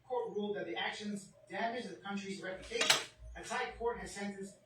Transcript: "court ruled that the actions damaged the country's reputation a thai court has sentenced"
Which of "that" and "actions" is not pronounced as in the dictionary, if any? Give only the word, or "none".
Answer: none